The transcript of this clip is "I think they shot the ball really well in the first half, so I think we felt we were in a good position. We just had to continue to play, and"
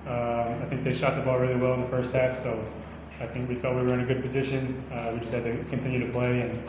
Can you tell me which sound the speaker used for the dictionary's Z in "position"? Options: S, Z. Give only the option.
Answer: Z